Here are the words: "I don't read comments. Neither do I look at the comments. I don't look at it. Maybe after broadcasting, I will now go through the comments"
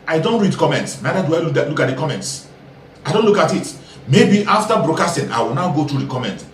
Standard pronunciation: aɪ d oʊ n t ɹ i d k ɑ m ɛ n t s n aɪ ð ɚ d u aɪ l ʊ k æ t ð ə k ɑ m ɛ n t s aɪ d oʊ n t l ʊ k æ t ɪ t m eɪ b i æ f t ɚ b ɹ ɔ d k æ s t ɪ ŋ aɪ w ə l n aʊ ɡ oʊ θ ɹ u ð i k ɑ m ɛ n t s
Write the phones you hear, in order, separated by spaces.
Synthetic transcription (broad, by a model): aɪ d oʊ n t ɹ i d k ɑ m ɛ n t s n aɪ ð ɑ d u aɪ l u k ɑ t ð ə k ɑ m ɛ n t s aɪ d oʊ n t l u k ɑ t ɪ t m eɪ b i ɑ f t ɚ b ɹ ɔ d k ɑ s t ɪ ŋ aɪ w ə l n aʊ ɡ oʊ t ɹ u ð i k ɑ m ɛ n t